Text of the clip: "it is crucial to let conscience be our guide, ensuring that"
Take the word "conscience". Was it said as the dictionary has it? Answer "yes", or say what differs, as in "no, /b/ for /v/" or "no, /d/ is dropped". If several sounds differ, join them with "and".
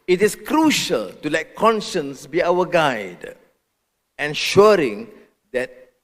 yes